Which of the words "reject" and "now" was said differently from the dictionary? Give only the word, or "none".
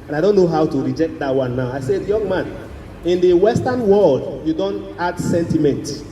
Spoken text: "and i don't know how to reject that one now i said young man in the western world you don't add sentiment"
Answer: none